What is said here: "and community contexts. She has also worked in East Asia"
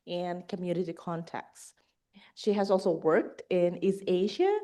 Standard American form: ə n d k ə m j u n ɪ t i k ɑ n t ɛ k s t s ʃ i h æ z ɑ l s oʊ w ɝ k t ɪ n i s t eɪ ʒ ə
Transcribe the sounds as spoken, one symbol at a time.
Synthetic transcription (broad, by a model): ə n k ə m j u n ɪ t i k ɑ n t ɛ k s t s ʃ i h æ z ɑ l s oʊ w ɝ k t ɪ n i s eɪ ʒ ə